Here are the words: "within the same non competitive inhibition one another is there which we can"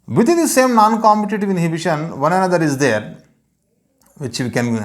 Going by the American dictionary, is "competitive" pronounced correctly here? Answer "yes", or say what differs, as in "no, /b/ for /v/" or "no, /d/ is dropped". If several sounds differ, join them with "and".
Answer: yes